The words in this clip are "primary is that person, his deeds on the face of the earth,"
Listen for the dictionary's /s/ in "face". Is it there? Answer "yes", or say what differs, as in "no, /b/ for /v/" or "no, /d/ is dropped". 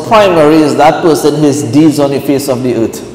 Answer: yes